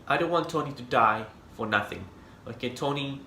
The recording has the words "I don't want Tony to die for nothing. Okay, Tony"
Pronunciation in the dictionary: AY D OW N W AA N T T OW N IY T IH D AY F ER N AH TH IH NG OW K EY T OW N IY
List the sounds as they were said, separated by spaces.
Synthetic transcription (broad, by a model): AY D OW N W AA N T T OW N IY T IH D AY F ER N AH TH IH NG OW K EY T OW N IY